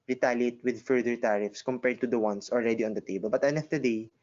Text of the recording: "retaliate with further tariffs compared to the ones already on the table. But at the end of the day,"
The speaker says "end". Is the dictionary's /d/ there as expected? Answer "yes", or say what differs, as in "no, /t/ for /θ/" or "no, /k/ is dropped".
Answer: no, /d/ is dropped